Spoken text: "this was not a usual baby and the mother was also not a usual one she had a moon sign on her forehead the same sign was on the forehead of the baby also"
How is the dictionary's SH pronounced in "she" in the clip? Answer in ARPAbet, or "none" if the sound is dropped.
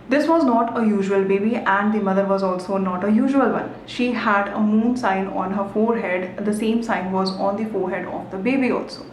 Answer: SH